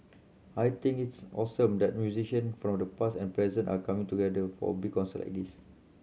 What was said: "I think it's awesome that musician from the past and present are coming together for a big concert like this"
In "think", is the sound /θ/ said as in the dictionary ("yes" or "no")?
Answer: no